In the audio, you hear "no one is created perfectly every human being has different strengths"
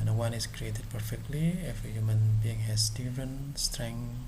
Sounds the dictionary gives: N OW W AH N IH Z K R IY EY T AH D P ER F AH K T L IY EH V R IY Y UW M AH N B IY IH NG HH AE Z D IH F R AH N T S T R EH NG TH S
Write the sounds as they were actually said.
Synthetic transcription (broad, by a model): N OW W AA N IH S K R IY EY T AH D P ER F AH K T L IY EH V IY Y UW M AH N B IY IH NG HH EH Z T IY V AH N S T R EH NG